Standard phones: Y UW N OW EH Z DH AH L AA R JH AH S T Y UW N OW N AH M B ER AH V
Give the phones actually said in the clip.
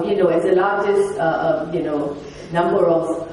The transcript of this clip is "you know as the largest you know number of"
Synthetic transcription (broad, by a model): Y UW N OW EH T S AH L AA JH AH S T Y UW N OW N AH M B ER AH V